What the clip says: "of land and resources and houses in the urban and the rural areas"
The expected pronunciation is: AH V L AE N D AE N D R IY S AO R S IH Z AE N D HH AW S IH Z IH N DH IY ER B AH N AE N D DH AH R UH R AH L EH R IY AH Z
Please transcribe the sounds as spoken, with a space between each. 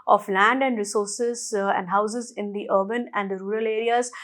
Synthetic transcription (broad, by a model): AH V L AE N D AE N D R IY S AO R S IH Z AE N D HH AW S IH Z IH N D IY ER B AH N AE N D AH R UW R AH L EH R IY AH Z